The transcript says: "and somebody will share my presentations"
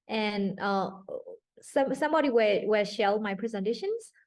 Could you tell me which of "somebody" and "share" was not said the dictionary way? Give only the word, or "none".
share